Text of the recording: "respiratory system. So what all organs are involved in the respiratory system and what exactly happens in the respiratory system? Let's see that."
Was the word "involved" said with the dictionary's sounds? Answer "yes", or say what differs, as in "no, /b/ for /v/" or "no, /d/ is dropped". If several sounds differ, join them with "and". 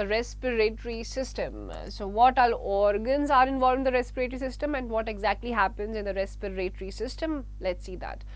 no, /d/ is dropped